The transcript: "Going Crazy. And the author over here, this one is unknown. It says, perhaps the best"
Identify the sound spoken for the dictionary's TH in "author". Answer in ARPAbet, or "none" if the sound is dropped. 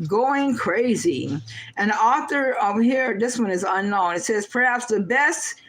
TH